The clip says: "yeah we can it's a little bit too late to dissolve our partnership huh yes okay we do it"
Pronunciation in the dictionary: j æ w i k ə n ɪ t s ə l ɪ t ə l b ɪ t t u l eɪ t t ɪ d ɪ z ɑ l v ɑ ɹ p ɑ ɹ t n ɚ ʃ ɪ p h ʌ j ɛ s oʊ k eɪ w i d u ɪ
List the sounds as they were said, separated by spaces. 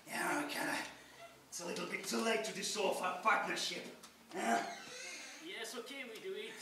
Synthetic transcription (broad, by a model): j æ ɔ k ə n ɪ t s ə l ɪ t l b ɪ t t u l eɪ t t ɪ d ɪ s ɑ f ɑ p ɑ ɹ t n ɚ ʃ ɪ p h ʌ j ɛ s oʊ k eɪ w i d u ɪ